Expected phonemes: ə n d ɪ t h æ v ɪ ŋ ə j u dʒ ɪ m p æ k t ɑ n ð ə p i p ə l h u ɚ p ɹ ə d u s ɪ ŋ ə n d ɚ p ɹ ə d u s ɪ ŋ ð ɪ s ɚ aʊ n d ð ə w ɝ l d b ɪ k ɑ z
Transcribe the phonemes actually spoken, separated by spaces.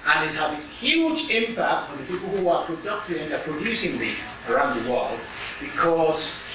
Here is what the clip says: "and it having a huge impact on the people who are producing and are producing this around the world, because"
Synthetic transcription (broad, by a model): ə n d ɪ t h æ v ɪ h j u dʒ ɪ m p æ k t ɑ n ð ə p i p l h u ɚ p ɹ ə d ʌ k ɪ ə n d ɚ p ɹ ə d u s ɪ ŋ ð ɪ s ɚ aʊ n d ð ə w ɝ l d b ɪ k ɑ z